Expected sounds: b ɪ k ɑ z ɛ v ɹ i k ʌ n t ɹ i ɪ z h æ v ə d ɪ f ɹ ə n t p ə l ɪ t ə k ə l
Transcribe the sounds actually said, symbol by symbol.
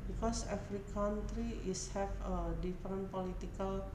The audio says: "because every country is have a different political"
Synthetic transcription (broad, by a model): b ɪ k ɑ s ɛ f ɹ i k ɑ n t ɹ i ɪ s h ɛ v ə d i f ɹ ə n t p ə l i t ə k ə l